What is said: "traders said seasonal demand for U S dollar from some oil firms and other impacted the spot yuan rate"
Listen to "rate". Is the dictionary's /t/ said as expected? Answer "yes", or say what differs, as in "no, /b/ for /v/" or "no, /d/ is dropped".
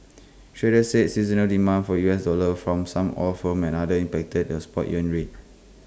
no, /t/ is dropped